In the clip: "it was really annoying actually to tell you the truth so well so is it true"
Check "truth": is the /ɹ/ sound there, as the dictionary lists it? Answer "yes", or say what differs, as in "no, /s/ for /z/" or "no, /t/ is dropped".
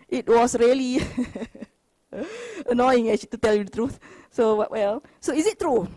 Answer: yes